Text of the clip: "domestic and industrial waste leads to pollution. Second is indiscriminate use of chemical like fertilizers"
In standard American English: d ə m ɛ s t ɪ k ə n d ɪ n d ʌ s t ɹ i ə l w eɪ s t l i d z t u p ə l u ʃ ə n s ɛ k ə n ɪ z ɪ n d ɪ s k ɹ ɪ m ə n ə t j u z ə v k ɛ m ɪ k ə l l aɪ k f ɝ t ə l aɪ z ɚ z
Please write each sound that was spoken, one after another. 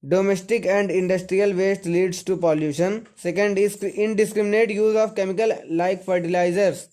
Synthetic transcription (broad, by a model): d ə m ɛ s t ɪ k ə n d ɪ n d ʌ s t ɹ i ə l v eɪ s t l i d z t u p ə l u ʃ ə n s ɛ k ə n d ɪ n d ɪ s k ɹ ɪ m ə n ə t j u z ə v k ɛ m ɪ k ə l l aɪ k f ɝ t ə l aɪ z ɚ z